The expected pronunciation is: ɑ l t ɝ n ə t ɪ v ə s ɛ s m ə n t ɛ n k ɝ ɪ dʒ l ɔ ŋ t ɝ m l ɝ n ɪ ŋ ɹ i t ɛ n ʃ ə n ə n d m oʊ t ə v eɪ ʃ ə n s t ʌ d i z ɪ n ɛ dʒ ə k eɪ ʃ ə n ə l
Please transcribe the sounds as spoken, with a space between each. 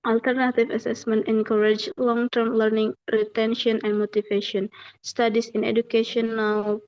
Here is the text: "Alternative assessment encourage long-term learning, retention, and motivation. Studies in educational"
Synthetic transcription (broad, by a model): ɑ l t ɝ n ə t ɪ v ə s ɛ s m ə n t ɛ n k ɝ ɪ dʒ l ɔ ŋ t ɝ m l ɝ n ɪ ŋ ɹ i t ɛ n ʃ ə n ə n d m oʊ t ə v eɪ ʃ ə n s t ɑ d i s ɪ n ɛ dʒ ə k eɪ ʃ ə n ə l